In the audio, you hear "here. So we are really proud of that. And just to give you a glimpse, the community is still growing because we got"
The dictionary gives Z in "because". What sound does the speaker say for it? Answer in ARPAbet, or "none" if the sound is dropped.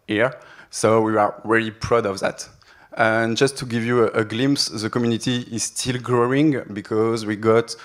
Z